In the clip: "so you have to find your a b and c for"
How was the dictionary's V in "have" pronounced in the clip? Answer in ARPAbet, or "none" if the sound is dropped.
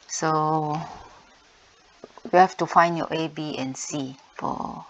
F